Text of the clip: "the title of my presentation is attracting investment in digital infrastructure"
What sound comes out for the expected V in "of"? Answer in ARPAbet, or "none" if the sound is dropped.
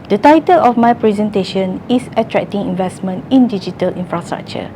F